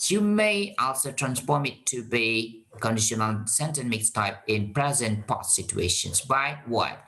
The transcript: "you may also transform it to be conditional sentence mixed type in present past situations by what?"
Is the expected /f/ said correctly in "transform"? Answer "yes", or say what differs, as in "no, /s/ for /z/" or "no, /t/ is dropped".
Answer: yes